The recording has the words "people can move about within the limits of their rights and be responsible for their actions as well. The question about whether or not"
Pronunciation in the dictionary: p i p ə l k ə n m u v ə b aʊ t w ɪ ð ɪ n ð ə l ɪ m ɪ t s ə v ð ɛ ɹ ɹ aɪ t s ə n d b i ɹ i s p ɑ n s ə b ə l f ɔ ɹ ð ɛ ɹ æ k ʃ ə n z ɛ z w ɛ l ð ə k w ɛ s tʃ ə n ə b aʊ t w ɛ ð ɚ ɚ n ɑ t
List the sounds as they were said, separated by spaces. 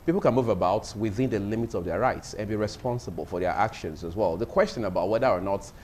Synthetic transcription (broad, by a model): p i p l k ə n m u v ə b aʊ t w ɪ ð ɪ n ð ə l ɪ m ɪ t s ə v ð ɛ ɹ ɹ aɪ t s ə n b i ɹ i s p ɑ n s ə b ə l f ɔ ɹ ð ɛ ɹ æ k ʃ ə n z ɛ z w ɛ l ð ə k w ɛ s tʃ ə n ə b aʊ t w ɛ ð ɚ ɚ n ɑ t